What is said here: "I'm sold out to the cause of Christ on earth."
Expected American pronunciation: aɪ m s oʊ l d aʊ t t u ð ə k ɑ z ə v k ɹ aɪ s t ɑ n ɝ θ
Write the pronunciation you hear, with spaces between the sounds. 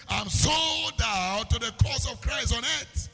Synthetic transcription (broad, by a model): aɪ m s oʊ d aʊ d t u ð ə k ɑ s ə v k ɹ aɪ s t ɑ n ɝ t